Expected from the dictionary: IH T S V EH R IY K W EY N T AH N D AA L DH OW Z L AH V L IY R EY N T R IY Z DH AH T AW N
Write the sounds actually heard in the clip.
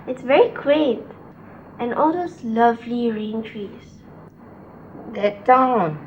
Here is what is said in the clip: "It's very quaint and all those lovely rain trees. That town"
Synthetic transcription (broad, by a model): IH T S V EH R IY K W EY T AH N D AA L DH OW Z L AH V L IY R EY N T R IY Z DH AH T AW N